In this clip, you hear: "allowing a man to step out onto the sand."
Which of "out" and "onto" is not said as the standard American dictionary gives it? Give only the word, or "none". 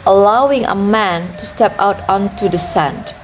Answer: none